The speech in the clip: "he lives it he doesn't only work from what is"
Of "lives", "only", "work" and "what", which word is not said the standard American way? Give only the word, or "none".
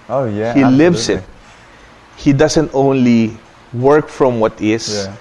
lives